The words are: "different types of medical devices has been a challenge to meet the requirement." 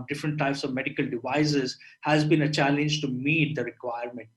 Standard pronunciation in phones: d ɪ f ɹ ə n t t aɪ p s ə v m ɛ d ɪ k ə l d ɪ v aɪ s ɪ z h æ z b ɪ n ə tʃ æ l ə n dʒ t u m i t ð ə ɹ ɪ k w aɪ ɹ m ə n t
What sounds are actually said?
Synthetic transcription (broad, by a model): d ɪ f ɹ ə n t t aɪ p s ə v m ɛ d ɪ k ə l d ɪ v aɪ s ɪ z h æ z b ɪ n ə tʃ æ l ə n dʒ t u m i t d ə ɹ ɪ k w aɪ ɹ m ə n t